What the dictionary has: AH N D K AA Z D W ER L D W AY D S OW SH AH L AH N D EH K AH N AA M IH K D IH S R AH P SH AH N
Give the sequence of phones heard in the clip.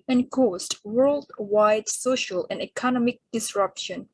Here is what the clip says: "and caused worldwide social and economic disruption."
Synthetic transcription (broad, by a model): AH N K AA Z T W ER L D W AY D S OW SH AH L AH N D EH K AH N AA M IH K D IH S R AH P SH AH N